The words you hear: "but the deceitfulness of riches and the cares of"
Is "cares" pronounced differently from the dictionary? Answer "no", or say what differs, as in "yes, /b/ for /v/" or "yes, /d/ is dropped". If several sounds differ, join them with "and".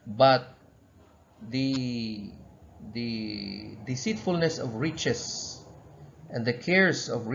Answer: yes, /s/ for /z/